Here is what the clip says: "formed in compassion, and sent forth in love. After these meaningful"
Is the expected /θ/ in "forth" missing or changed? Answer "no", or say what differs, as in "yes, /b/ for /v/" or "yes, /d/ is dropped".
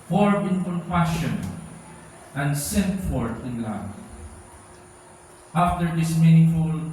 yes, /t/ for /θ/